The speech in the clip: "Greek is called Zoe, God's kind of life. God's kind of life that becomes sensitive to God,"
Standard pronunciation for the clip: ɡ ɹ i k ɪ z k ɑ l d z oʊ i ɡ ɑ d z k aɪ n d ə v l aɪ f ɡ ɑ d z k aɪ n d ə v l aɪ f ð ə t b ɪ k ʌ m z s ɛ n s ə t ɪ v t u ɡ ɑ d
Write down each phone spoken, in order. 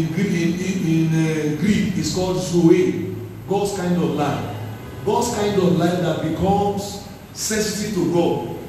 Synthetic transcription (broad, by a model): ɡ ɹ i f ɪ s k ɑ l d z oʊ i ɡ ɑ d s k aɪ n d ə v l aɪ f ɡ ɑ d s k aɪ n d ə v l aɪ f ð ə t b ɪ k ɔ m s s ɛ s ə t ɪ t u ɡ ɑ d